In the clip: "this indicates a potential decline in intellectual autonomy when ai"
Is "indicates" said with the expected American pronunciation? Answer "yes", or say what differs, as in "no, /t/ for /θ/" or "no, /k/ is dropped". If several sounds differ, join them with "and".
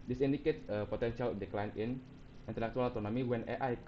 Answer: no, /s/ is dropped